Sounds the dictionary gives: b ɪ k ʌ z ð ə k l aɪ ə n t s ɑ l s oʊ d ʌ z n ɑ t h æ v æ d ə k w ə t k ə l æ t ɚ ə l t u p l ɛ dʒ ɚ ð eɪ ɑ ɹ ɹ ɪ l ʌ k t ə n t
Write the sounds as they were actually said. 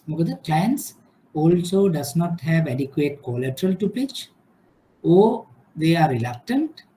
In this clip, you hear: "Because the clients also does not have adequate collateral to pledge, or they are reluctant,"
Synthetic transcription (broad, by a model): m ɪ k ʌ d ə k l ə n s ɑ l s oʊ d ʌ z n ɑ t h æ v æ d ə k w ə t k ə l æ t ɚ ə l t u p ɪ tʃ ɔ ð eɪ ɑ ɹ ɹ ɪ l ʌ k t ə n t